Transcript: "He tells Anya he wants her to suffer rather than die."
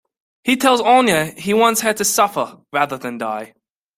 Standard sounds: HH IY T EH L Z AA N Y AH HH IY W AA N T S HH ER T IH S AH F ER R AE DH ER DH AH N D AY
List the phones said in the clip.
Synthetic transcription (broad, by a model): HH IY T EH L Z AA N Y AH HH IY W AA N T S HH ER T IH S AH F ER R AE DH ER DH AH N D AY